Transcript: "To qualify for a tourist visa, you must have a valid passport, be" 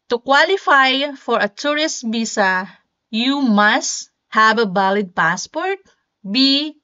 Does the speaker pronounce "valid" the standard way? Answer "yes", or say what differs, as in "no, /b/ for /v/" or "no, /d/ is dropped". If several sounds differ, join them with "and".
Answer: no, /b/ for /v/